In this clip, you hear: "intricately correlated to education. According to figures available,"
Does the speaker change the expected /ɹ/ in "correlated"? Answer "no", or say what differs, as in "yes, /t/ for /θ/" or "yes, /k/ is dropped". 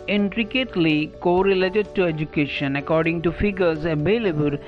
no